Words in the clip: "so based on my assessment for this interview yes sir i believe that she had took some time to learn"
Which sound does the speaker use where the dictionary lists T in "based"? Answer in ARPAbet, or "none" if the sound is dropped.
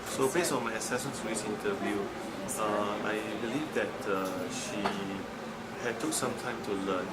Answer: none